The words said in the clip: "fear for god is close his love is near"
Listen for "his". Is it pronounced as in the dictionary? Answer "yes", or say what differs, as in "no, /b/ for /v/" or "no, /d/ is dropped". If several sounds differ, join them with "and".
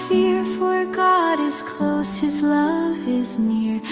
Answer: yes